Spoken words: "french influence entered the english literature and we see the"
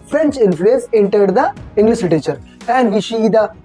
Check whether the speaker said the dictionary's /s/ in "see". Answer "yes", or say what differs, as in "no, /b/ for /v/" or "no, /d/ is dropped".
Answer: no, /ʃ/ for /s/